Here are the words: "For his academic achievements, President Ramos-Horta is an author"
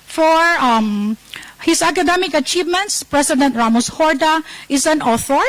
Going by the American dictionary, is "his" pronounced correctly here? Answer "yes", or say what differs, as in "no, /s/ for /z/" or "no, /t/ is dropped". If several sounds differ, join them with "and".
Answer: no, /s/ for /z/